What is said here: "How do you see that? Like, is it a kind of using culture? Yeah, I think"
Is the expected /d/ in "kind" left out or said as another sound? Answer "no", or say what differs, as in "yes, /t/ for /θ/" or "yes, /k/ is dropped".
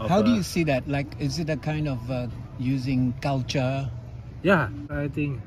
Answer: no